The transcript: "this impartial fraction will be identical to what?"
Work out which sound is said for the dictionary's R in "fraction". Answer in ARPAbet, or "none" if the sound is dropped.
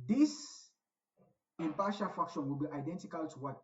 none